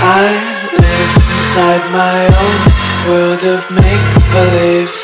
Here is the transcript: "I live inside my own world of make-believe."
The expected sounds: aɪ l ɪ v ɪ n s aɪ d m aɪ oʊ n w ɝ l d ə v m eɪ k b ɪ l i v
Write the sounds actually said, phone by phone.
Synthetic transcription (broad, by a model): aɪ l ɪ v ɪ n s aɪ d m aɪ oʊ n w ɝ l d ə v m eɪ k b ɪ l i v